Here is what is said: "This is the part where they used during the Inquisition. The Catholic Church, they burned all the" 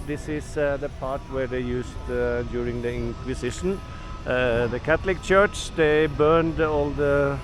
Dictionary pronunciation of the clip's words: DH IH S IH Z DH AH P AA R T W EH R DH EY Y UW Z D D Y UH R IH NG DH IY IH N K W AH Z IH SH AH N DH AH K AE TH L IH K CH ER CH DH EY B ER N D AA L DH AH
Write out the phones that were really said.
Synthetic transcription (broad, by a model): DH IH S IH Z DH AH P AA R T W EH R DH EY Y UW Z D D Y UH R IH NG DH IY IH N K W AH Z IH SH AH N DH AH K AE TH L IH K CH ER CH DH EY B ER N D AA L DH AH